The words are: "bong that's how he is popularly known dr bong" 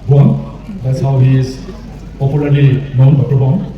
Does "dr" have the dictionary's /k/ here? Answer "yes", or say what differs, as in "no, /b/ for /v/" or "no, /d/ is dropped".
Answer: no, /k/ is dropped